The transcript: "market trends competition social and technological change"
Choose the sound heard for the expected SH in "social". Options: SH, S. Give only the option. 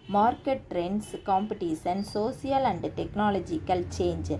S